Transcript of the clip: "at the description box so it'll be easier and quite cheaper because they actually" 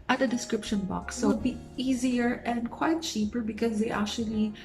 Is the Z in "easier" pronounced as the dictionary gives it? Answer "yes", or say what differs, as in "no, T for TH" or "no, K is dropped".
yes